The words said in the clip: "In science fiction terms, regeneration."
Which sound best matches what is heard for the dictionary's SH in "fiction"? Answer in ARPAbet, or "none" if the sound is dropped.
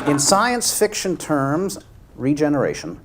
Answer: SH